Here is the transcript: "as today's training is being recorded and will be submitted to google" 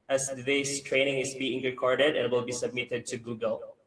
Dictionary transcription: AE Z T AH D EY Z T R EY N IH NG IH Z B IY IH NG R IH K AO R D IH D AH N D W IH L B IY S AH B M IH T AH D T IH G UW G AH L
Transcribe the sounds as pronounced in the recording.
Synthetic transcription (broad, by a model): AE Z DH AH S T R EY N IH NG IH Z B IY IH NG R IH K AO R D IH D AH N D W IH L B IY S AH B M IH T AH D T IH G UW G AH L